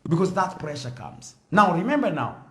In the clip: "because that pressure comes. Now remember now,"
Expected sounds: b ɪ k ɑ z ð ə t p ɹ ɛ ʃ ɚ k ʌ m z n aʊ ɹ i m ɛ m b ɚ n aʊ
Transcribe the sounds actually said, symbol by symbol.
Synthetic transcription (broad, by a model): b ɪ k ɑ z ð ə t p ɹ ɛ ʃ ɚ k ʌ m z n aʊ ɹ i m ɛ m b ɚ n aʊ